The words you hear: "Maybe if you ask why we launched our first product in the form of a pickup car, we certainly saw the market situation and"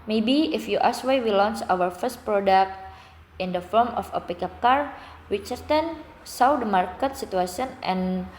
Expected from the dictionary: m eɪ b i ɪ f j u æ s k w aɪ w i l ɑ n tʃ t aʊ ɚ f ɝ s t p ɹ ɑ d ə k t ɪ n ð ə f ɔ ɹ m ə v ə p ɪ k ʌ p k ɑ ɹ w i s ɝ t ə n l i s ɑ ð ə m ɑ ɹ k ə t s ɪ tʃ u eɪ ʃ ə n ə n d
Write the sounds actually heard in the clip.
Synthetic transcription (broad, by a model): m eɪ b i ɪ f j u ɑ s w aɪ w i l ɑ n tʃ aʊ ɚ f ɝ s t p ɹ ɑ d ə k t ɪ n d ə f ɔ ɹ m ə f ə p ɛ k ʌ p k ɑ ɹ w i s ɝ t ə n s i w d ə m ɑ ɹ k ə t s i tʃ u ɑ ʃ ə n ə n